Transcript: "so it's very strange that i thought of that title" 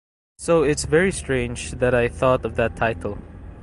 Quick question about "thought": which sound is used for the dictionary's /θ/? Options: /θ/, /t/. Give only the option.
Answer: /θ/